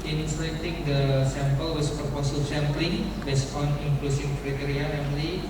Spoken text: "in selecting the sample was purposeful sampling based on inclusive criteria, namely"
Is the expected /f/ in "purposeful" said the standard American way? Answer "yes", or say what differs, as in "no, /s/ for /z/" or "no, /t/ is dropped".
no, /f/ is dropped